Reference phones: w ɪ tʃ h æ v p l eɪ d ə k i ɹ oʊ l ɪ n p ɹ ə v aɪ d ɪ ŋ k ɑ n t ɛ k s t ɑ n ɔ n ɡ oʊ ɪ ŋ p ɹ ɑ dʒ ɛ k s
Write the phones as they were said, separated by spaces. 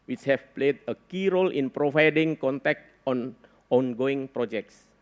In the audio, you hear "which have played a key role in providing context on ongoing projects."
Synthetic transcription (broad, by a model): w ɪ tʃ h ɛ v p l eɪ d ə k i ɹ oʊ l ɪ n p ɹ ə v aɪ d ɪ ŋ k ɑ n t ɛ k t ɑ n ɔ n ɡ oʊ ɪ ŋ p ɹ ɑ dʒ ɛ k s